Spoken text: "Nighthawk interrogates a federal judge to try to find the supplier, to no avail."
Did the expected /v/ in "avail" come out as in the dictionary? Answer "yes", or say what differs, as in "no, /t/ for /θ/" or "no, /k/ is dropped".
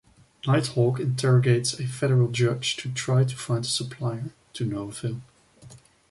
no, /f/ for /v/